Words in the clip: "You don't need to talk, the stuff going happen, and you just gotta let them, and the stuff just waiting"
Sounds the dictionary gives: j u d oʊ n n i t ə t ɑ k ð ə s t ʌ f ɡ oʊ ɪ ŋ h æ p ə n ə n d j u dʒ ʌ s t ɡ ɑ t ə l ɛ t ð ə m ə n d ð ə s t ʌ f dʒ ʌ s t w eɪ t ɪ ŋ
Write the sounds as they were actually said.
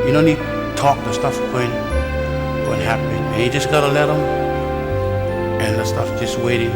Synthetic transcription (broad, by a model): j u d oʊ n n i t t ɑ k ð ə s t ʌ f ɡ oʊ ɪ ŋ h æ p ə ə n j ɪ dʒ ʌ s ɡ ɑ t ə l ɛ t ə m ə n ð ə s t ʌ f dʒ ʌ s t w eɪ t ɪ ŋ